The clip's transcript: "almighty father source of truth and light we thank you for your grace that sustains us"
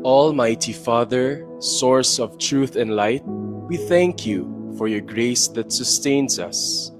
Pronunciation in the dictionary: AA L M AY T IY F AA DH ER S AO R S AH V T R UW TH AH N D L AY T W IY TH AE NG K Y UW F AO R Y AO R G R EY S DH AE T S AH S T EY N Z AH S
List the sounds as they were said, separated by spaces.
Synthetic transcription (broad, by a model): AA L M AY T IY F AA DH ER S AO R S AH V T R UW TH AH N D L AY T W IY TH AE NG K Y UW F AO R Y AO R G R EY S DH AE T S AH S T EY N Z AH S